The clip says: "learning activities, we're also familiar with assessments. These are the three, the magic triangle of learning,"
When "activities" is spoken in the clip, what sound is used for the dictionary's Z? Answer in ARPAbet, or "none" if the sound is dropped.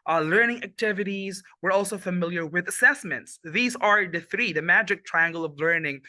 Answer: Z